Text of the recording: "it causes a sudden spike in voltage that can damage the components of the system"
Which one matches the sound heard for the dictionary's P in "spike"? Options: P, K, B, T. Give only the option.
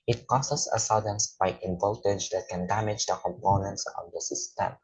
B